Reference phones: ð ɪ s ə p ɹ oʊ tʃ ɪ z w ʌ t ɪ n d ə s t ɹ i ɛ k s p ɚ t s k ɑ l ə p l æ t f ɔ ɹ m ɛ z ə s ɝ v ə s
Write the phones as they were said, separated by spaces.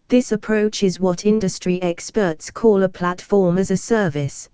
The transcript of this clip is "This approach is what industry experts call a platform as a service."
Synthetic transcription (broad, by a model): ð ɪ s ə p ɹ oʊ tʃ ɪ z w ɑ t ɪ n d ə s t ɹ i ɛ k s p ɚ t s k ɑ l ə p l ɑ t f ɔ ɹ m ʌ z ə s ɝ v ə s